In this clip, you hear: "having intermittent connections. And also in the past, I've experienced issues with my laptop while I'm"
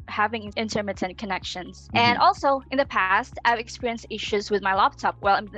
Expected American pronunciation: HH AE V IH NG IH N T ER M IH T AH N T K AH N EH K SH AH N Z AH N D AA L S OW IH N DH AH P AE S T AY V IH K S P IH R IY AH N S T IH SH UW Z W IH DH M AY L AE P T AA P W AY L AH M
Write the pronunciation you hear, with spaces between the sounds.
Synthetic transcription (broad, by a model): HH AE V IH NG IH N T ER M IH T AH N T K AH N EH K SH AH N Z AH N AA L S OW IH N DH AH P AE S T AY V IH K S P IH R IY AH N S T IH SH UW Z W IH DH M AY L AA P T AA P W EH L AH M